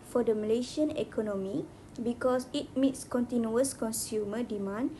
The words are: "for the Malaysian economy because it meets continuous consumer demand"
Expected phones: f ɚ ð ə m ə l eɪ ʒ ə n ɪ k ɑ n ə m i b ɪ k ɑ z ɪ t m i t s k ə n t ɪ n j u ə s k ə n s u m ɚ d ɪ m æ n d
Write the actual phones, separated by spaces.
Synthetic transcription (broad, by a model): f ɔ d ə m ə l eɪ ʃ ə n ɪ k ɑ n ə m i b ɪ k ɑ s ɪ t m i t s k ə n t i n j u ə s k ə n s u m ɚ d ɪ m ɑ n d